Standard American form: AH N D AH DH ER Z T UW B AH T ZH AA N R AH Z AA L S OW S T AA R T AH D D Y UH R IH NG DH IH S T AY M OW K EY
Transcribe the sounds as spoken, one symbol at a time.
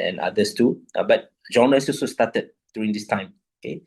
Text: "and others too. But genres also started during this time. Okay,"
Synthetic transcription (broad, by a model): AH N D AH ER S T UW B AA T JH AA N AH S AA L S OW S T AA T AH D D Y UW R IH NG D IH S T AY M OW K EY